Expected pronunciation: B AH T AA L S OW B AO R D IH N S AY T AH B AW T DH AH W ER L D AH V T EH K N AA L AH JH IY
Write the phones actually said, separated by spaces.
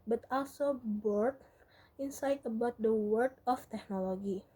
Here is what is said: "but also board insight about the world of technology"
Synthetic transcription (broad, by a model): B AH T AA L S OW B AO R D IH N S AY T AH B AW T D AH W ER D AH F T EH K N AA L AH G IY